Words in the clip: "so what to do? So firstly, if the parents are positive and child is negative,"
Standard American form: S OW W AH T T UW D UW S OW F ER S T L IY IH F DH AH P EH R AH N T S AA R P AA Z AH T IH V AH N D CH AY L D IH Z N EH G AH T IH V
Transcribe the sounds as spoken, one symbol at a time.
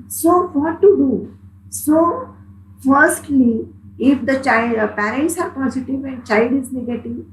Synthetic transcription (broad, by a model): S OW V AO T T UW D UW S OW F ER S T L IY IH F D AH P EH R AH N T S AA R P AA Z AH T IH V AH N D CH AY L D IH Z N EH G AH T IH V